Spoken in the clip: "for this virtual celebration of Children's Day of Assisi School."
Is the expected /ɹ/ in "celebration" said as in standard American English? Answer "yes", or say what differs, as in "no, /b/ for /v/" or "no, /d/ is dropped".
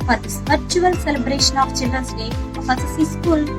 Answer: yes